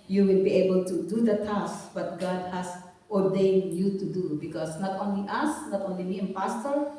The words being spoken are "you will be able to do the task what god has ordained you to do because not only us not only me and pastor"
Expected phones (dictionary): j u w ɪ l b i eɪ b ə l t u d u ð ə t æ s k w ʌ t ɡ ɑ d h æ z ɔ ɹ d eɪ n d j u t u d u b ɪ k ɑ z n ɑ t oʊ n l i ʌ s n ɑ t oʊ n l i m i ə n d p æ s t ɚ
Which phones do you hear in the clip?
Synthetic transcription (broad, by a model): j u w ɪ l b i eɪ b ə l t u d u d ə t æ s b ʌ t ɡ ɑ d h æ s ɔ ɹ d eɪ n d j u t u d u b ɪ k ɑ s n ɑ t oʊ n l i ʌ s n ɑ t oʊ n l i m i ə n p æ s t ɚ